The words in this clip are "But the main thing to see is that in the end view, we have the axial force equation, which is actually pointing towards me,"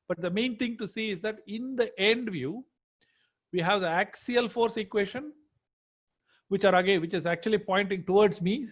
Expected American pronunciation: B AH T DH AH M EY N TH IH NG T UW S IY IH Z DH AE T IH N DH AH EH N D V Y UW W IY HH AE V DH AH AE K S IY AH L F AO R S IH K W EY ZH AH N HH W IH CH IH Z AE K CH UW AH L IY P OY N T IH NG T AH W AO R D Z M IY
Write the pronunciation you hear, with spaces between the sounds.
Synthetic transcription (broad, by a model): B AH T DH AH M EY N T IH NG T UW S IY IH Z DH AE T IH N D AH EH N D V Y UW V IY HH AE V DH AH AE K S IY AH L F AO R S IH K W EY SH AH N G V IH CH IH Z AE K CH UW AH L IY P OY N T IH NG T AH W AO R D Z M IY